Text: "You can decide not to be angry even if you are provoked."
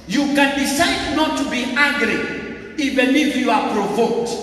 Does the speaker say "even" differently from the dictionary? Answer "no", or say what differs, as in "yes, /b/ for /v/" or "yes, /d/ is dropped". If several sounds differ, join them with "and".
yes, /b/ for /v/ and /l/ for /n/